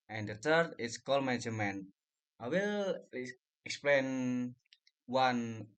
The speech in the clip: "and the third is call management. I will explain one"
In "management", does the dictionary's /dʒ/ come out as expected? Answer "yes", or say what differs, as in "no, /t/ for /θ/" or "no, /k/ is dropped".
no, /dʒ/ is dropped